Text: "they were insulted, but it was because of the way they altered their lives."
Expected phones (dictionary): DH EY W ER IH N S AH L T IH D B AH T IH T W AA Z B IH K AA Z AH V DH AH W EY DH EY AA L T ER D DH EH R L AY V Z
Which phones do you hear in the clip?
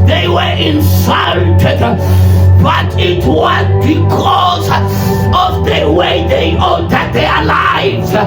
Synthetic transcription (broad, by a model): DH EY W ER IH N S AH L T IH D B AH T IH T W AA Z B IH K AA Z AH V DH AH W EY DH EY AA T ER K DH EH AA L AY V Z